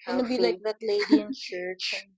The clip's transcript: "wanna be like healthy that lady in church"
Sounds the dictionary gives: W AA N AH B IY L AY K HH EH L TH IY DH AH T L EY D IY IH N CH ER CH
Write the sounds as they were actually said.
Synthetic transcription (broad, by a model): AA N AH B IY L AY K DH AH T L EY D IY IH N CH ER CH